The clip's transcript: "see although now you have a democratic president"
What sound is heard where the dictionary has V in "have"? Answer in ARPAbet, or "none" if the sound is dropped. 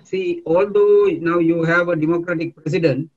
V